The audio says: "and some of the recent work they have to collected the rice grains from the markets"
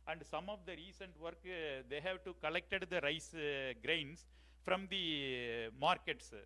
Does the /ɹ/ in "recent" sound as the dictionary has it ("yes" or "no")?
yes